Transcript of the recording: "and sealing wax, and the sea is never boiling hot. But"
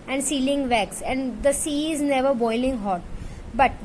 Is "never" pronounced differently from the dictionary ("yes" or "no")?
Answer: no